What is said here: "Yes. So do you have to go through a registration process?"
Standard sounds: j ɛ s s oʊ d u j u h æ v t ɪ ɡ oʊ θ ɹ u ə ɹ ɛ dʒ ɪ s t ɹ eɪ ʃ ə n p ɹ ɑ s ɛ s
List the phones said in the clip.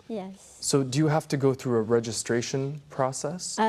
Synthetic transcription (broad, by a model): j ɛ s s oʊ d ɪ j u h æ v t ɪ ɡ oʊ θ ɹ u ə ɹ ɛ dʒ ɪ s t ɹ eɪ ʃ ə n p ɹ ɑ s ɛ s